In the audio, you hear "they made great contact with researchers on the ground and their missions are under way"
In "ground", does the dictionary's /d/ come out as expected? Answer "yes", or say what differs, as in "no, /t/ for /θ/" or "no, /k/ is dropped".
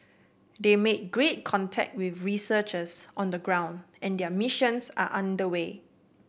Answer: yes